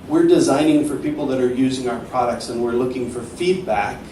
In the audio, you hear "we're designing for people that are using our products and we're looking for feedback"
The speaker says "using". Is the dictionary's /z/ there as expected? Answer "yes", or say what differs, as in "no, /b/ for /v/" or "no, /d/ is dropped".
yes